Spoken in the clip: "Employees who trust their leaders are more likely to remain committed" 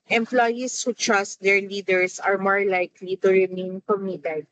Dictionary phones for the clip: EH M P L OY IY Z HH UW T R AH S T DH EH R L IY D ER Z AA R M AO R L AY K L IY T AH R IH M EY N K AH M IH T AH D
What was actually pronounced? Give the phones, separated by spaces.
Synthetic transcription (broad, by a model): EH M P L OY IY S HH UW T R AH S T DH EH R L IY D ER S AA R M AO R L AY K L IY T AH R IH M EY N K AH M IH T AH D